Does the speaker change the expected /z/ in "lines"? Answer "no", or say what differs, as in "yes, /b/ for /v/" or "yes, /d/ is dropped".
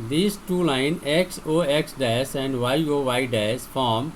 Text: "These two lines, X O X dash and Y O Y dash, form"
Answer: yes, /z/ is dropped